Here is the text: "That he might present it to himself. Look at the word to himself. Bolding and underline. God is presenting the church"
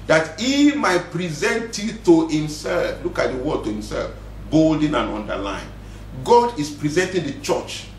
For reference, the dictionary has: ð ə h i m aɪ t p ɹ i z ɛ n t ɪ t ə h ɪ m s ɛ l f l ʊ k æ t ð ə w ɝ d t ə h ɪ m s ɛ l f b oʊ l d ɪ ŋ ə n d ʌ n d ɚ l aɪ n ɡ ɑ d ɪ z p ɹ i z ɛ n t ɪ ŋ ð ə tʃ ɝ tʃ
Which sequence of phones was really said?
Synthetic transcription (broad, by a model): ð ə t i m aɪ t p ɹ i z ɛ n t ɪ t ə h ɪ m s ɛ l f l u k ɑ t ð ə w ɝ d t ə h ɪ m s ɛ l f b oʊ l d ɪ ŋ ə n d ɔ n d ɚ l aɪ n ɡ ɑ d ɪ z p ɹ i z ɛ n t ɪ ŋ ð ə tʃ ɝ tʃ